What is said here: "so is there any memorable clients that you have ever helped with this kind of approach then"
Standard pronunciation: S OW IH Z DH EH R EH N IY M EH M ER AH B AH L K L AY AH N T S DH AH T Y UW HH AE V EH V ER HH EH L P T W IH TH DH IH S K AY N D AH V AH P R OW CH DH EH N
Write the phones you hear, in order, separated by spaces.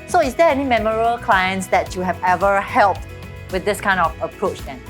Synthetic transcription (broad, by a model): S OW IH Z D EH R EH N IY M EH M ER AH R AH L K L AY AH N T S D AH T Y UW HH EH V EH V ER HH EH L P T W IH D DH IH S K AY N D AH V AH P R OW CH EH N